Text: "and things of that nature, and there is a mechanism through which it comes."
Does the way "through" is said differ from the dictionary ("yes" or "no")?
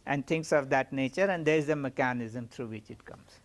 yes